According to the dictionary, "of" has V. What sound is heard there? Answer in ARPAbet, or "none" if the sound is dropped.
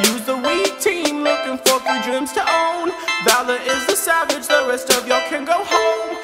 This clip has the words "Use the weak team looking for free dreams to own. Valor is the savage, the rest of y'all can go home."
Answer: V